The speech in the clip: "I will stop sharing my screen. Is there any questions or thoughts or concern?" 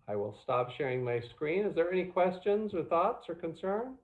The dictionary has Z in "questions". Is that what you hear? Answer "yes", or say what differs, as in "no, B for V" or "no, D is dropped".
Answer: yes